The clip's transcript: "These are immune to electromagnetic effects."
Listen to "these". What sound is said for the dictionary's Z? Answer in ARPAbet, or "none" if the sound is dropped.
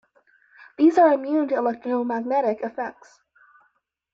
Z